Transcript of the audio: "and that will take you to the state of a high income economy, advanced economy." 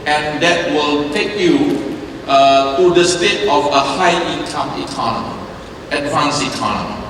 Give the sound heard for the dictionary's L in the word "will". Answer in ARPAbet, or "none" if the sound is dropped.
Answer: L